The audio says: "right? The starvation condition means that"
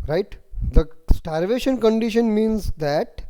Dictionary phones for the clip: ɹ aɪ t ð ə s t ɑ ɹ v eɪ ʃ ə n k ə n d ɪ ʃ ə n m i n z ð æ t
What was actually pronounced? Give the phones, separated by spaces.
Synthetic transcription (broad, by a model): ɹ aɪ t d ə s t ɑ ɹ v eɪ ʃ ə n k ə n d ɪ ʃ ə n m i n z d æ t